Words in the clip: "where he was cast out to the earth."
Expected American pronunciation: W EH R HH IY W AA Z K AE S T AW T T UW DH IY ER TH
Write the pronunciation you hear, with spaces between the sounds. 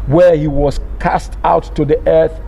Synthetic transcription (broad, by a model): W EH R HH IY W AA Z K AE S T AW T T UW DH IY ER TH